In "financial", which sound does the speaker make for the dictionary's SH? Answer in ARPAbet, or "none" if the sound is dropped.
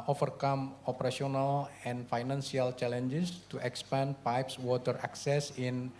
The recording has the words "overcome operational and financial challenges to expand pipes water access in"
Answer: S